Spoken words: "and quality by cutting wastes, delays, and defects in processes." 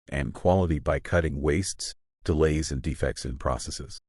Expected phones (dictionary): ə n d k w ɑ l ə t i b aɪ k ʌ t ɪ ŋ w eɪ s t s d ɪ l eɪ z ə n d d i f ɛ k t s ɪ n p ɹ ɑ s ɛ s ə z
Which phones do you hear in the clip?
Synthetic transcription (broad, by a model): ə n k w ɑ l ə t i b aɪ k ʌ t ɪ ŋ w eɪ s t s d ɪ l eɪ z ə n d d i f ɛ k t s ɪ n p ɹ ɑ s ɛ s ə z